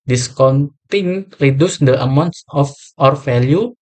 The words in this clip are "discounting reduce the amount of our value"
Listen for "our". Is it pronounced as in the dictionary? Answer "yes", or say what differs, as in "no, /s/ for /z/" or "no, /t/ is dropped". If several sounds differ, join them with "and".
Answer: yes